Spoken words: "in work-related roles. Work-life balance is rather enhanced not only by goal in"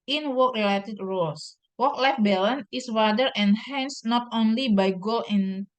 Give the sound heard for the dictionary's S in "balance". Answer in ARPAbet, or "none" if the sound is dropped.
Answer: none